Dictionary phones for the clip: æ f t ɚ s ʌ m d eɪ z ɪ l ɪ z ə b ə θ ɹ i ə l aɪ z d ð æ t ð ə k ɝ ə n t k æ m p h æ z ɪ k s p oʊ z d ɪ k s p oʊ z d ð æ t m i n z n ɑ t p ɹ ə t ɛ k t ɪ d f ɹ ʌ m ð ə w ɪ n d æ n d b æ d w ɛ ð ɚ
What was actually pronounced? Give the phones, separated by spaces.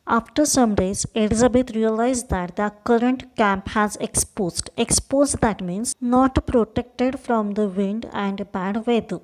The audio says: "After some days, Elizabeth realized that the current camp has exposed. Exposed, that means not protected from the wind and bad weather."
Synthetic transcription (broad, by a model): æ f t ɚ s ʌ m d eɪ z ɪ l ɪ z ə b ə t ɹ i ə l aɪ z d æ t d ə k ɝ ə n t k æ m p h æ z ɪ k s p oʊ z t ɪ k s p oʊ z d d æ t m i n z n ɑ t p ɹ ə t ɛ k t ɪ d f ɹ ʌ m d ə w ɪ n d æ n d b æ d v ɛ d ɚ